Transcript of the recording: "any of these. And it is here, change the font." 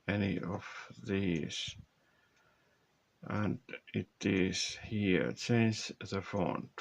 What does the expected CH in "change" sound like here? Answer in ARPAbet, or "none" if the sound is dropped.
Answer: S